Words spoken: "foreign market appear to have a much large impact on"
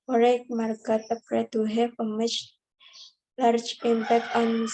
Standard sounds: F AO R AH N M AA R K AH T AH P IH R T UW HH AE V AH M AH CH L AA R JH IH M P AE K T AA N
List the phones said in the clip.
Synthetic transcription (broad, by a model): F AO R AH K M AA R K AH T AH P R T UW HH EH P AH M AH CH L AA R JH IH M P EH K AA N